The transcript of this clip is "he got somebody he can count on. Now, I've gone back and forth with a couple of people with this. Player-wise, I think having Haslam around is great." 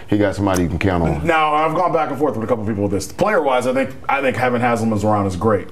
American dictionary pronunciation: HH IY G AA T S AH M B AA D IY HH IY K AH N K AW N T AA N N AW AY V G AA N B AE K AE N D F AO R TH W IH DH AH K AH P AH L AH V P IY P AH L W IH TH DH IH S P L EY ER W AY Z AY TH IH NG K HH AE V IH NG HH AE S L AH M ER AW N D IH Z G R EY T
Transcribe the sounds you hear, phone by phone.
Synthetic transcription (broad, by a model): HH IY G AA T S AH M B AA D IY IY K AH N K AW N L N N AW AY V G AA N B AE K N F AO R TH W IH DH AH K AH P L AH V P IY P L W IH DH IH S P L EY ER W AY Z AY TH IH NG K HH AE V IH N HH AE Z L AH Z ER AW N D IH Z G R EY T